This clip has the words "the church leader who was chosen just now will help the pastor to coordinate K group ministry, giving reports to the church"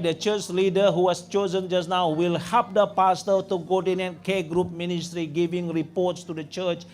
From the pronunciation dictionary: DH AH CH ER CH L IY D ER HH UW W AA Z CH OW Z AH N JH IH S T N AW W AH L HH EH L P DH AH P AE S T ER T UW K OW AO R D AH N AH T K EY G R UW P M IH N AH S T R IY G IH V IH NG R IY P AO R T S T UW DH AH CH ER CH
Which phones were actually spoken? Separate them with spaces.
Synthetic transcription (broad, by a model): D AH CH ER CH L IY D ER HH UW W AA S CH OW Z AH N JH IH S N AW W AH L HH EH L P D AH P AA S T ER T UW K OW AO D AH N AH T K EY G R UW P M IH N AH S T R IY G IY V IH NG R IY P AO T S T UW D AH CH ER CH